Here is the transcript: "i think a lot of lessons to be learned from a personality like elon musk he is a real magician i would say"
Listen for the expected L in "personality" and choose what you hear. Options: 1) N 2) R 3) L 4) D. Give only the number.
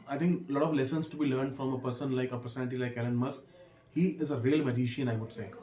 1